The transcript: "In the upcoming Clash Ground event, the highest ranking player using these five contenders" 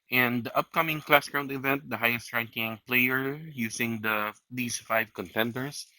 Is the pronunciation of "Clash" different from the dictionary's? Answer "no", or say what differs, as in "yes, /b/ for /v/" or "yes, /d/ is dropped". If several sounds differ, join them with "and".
yes, /s/ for /ʃ/